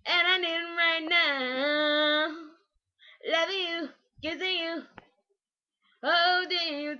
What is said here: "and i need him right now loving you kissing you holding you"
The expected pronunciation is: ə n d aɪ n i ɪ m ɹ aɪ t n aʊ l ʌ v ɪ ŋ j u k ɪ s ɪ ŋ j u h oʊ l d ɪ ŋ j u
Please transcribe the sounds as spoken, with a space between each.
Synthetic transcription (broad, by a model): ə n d aɪ n i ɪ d ɹ aɪ t n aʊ l ʌ v ɪ ŋ j u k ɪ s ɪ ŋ j u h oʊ d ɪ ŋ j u